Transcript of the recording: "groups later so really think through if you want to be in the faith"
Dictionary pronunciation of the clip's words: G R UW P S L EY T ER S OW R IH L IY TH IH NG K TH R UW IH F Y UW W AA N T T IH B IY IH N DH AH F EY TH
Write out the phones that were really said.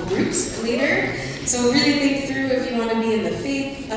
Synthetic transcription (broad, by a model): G R UW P S L EY T ER S OW R IH L IY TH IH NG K TH R UW IH F Y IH W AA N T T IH B IY IH N DH AH F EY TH